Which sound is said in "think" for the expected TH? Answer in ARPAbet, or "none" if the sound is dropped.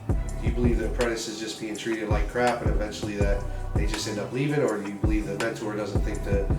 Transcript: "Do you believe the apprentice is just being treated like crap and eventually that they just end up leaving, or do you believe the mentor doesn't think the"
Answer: TH